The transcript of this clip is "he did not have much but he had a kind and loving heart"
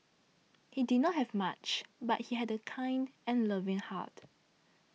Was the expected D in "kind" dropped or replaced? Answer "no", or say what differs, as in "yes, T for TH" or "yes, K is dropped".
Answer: no